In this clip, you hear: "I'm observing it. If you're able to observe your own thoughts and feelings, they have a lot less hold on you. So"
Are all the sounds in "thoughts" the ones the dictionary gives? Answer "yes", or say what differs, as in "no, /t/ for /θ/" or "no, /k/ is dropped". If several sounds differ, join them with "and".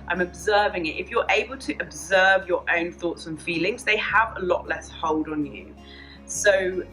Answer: yes